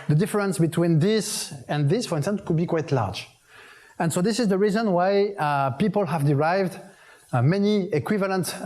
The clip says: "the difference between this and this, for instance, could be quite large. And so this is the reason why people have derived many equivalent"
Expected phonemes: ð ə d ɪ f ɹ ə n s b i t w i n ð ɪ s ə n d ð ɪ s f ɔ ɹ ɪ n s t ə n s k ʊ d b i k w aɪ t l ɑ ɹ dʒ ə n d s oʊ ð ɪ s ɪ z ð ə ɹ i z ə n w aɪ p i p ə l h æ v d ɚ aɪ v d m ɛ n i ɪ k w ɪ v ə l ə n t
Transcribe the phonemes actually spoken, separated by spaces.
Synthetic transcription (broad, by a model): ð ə d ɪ f ɹ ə n s b i t w i n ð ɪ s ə n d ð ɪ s f ɔ ɹ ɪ n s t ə n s k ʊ d b i k w aɪ t l ɑ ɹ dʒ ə n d s oʊ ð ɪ s ɪ z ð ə ɹ i z ə n w aɪ p i p ə l h æ v d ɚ aɪ v d m ɛ n i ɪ k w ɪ v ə l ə n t